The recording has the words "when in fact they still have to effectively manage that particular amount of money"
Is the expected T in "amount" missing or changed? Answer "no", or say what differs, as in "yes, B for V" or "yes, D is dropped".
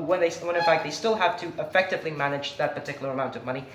no